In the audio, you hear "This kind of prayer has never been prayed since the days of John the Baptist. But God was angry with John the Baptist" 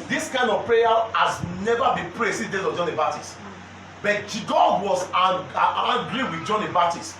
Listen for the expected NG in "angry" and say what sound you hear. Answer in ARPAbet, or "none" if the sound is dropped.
none